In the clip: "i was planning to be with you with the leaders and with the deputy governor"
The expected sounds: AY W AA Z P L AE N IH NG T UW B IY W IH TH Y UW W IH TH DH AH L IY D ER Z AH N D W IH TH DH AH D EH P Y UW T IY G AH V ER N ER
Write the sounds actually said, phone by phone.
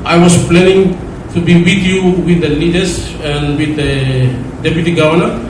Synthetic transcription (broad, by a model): AY W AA S P L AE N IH NG T UW B IY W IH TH Y UW W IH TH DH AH L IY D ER S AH N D W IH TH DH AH D EH P Y UW T IY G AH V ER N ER